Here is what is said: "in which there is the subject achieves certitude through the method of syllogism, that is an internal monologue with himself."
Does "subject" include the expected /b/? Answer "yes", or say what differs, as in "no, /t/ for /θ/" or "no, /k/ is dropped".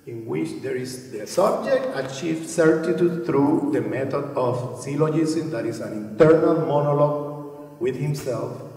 yes